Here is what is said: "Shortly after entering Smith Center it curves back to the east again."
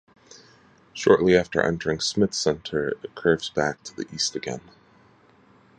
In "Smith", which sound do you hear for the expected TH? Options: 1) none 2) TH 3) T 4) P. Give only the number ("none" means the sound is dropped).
2